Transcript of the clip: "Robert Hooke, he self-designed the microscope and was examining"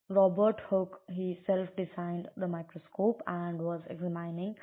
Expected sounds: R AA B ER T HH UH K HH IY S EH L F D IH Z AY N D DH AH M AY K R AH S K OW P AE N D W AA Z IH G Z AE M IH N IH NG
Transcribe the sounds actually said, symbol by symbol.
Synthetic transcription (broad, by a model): R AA B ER T HH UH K HH IY S EH L F D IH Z AY N D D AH M AY K R AH S K OW P AE N D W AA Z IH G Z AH M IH N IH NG